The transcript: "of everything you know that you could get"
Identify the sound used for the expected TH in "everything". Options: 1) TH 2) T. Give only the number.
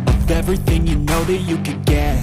1